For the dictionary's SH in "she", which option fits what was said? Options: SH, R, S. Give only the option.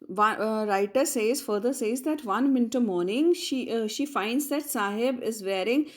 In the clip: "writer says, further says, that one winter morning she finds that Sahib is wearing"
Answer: SH